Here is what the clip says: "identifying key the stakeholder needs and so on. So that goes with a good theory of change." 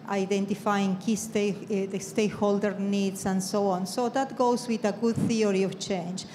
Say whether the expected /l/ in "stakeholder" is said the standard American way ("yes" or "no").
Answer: yes